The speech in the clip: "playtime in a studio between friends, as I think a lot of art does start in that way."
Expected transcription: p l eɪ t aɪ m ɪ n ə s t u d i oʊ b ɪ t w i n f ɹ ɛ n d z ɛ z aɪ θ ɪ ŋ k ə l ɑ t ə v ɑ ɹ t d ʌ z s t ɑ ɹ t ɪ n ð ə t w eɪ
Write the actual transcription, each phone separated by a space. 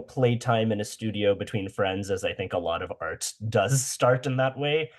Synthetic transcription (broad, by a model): p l eɪ t aɪ m ɪ n ə s t u d i oʊ b ɪ t w i n f ɹ ɛ n d z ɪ z aɪ θ ɪ ŋ k ə l ɑ t ə v ɑ ɹ t d ʌ z s t ɑ ɹ t ɪ n ð ə t w eɪ